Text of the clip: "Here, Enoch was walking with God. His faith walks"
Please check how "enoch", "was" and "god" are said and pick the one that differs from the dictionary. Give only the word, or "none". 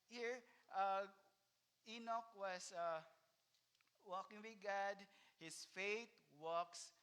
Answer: was